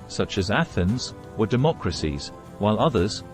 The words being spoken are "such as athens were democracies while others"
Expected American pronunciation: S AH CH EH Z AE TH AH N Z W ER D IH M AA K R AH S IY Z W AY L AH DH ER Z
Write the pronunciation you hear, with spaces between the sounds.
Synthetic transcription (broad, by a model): S AH CH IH Z AE TH AH N Z W ER D IH M AA K R AH S IY Z W AY L AH DH ER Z